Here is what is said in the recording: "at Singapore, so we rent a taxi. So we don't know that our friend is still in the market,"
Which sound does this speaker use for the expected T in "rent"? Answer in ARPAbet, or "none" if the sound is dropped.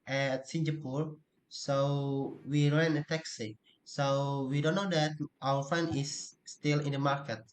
none